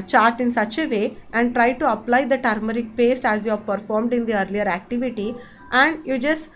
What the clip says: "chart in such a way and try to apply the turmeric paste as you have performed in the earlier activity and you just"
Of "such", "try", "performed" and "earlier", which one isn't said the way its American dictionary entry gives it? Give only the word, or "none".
none